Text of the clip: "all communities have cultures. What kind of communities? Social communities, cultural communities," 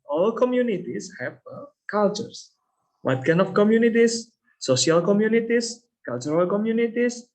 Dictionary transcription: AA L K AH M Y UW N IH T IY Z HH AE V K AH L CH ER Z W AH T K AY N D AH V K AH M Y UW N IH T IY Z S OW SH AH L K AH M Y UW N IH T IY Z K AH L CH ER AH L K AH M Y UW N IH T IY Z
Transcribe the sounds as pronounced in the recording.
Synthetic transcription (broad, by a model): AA L K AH M Y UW N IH T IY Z HH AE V K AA L CH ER S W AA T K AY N AH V K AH M Y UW N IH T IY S S OW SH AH L K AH M Y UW N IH T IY S K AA L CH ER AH L K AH M Y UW N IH T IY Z